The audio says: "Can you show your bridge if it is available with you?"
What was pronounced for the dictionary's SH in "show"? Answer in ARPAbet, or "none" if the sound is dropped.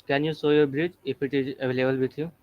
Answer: S